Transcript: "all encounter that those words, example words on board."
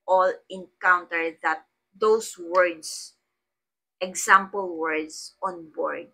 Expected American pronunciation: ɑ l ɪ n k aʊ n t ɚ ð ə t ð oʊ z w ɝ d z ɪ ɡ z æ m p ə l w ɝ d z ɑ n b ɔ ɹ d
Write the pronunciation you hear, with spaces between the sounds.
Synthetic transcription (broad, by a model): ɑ l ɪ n k aʊ n t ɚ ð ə t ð oʊ s w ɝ d s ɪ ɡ s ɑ m p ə l w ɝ d s ɑ n b ɔ ɹ d